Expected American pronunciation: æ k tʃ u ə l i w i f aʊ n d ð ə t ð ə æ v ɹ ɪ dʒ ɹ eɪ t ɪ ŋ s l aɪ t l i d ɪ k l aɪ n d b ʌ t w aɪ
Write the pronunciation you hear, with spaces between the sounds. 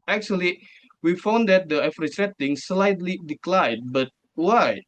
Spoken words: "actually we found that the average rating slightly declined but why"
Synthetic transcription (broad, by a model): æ k tʃ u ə l i w i f aʊ n d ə t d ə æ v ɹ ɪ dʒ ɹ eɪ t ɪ ŋ s l aɪ t l i d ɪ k l aɪ d b ʌ t w aɪ